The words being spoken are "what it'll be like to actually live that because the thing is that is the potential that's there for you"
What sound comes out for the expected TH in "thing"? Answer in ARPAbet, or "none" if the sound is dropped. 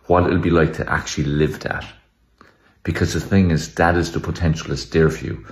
TH